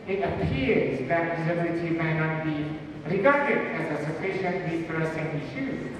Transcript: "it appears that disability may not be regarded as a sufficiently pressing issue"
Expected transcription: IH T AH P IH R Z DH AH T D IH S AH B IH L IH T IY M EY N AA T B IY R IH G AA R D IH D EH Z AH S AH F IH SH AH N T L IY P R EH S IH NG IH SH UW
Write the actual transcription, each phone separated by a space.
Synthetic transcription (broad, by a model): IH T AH P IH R Z DH AH T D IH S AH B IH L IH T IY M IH N AA T B IY R IH G AA R D IH D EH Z AH S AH F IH SH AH N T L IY F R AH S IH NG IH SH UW